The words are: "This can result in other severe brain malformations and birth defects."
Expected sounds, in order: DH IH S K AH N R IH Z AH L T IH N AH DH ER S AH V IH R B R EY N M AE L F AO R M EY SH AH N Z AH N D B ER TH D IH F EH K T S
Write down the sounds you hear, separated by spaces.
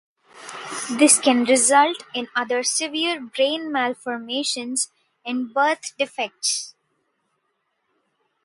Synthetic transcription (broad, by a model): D IH S K AH N R IH Z AH L T IH N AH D ER S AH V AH R B R EY N M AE L F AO R M EY SH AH N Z AH N D B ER T D IH F EH K T S